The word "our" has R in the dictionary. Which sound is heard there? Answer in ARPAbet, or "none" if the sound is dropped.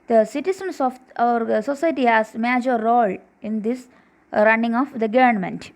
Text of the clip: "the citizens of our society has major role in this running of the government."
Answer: R